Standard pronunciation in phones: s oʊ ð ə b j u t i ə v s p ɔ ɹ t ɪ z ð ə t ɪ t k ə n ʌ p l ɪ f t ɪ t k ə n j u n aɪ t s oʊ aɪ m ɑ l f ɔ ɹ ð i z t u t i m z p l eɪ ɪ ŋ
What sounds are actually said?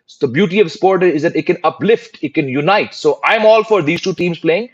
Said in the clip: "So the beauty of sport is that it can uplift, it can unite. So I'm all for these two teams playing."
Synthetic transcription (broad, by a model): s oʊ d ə b j u t i ə v s p ɔ ɹ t ɪ z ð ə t ɪ t k ə n ʌ p l ɪ f t ɪ t k ə n j u n aɪ t s oʊ aɪ m ɑ l f ɔ ɹ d i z t u t i m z p l eɪ ɪ ŋ